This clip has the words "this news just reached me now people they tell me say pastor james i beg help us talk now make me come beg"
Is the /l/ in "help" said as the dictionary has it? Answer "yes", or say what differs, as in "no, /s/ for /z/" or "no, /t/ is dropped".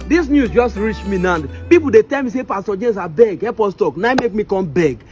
no, /l/ is dropped